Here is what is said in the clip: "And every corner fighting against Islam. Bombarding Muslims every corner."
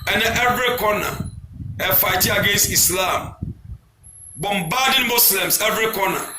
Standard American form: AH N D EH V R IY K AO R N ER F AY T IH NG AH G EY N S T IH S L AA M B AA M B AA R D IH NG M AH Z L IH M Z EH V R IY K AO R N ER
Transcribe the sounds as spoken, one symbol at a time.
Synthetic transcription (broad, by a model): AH N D EH V R IY K AO N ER F AY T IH AH G EY N S T IH S L AA M B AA M B AA D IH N M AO S L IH M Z EH V R IY K AO N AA